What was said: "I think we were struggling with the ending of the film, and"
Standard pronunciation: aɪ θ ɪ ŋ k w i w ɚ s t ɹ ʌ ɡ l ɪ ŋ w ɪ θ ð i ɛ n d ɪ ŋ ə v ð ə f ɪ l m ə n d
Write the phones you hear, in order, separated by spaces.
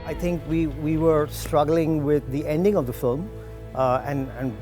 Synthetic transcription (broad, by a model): aɪ t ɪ ŋ k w i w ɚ s t ɹ ʌ ɡ l ɪ ŋ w ɪ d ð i ɛ n d ɪ ŋ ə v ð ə f ɪ l m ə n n